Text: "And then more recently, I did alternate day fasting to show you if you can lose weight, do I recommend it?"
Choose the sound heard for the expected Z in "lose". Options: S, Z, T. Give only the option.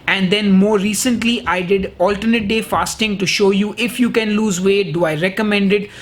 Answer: Z